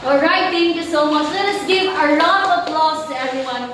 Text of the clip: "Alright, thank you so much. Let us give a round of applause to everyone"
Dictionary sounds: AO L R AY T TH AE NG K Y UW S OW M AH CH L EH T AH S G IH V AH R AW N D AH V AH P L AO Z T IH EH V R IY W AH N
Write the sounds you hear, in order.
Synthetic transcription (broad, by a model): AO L R AY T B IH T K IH S OW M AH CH L EH T AH S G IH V AH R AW D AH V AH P L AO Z T IH EH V R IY W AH N